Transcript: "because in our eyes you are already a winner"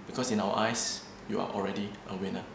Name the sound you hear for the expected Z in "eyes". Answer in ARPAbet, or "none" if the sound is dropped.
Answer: S